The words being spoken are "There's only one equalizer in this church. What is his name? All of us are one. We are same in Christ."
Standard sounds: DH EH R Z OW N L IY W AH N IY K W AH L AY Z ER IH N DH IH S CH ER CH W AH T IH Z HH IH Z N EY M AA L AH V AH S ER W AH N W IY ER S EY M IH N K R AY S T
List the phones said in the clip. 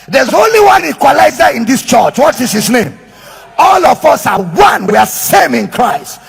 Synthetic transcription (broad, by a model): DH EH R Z OW N L IY W AH N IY K W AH L AY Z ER IH N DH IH S CH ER CH W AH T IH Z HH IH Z N EY M AA L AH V AH S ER W AH N W IY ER S EY M IH N K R AY S T